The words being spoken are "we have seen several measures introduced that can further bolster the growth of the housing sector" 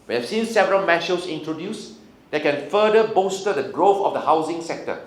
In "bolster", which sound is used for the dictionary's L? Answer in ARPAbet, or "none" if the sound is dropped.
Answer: none